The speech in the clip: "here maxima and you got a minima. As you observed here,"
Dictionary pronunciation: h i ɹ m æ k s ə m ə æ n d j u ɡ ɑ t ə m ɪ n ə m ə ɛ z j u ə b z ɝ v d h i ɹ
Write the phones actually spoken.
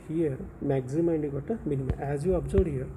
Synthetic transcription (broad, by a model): h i ɹ m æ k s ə m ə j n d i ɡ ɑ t ə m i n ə m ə ɛ z j u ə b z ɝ d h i ɹ